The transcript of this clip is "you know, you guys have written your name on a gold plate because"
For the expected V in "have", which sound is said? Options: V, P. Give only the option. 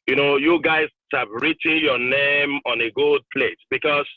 P